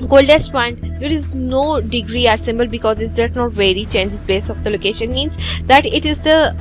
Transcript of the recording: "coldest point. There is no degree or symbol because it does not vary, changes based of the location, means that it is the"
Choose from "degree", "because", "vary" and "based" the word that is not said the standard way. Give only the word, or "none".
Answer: based